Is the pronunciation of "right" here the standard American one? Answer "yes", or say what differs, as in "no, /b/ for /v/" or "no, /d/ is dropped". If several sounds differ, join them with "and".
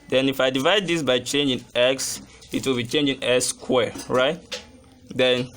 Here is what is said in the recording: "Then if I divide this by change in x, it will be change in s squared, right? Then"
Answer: yes